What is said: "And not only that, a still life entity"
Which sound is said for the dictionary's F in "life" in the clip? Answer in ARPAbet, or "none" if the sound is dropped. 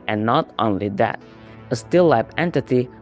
P